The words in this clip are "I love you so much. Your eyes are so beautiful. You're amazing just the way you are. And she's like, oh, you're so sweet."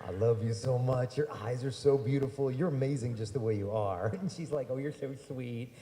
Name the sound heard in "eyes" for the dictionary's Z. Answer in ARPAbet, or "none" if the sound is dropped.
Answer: Z